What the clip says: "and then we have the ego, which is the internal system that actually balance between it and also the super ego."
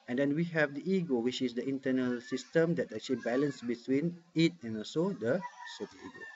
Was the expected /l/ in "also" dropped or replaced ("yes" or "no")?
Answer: yes